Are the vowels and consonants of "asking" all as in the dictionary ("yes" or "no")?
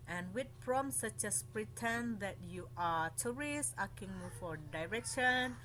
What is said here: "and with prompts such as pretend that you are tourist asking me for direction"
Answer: no